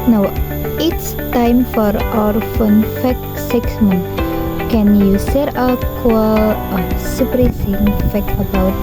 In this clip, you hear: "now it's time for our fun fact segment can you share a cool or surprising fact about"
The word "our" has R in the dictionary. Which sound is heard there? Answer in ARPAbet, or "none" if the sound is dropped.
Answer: R